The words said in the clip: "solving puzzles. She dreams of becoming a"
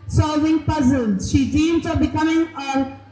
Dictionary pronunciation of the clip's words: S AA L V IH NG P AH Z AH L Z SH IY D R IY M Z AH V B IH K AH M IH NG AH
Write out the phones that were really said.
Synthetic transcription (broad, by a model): S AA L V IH NG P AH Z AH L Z SH IY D IY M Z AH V B IH K AH M IH NG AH